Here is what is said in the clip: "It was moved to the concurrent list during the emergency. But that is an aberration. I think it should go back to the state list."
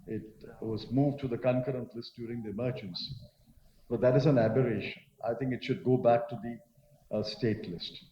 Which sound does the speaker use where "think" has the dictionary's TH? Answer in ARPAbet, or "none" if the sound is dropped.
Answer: T